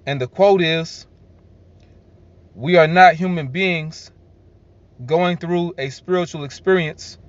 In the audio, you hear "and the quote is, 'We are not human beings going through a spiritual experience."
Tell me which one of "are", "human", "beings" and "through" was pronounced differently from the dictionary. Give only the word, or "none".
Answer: none